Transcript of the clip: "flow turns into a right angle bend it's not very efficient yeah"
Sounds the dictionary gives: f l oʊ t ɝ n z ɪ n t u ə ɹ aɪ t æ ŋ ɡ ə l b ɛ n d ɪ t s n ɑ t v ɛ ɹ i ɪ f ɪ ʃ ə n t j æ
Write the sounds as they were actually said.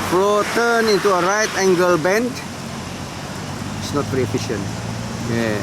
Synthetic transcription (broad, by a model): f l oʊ t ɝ n ɪ n t u ə ɹ aɪ t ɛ ŋ ɡ ə l b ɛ n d ɪ t s n ɑ t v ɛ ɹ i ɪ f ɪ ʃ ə n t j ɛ